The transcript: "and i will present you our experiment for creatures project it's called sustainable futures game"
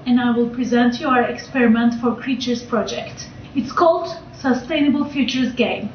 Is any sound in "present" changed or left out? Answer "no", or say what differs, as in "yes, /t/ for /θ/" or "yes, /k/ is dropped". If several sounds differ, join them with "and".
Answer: no